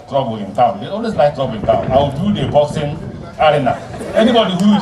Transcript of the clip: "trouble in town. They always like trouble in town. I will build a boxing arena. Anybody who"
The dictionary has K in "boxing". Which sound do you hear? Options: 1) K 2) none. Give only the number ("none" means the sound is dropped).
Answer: 2